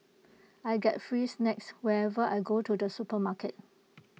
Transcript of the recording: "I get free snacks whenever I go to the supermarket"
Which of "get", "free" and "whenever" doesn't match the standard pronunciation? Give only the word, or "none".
whenever